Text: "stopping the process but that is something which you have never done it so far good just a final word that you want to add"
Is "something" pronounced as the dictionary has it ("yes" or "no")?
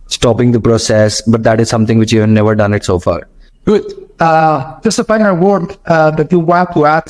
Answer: no